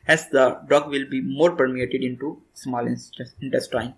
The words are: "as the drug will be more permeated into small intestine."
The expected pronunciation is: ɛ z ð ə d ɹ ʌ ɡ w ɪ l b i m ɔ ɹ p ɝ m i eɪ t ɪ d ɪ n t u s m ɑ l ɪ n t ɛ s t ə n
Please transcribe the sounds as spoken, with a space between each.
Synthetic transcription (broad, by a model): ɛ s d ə d ɔ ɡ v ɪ l b i m ɔ ɹ p ɝ m i eɪ t ɪ d ɪ n t u s m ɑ l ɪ n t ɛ s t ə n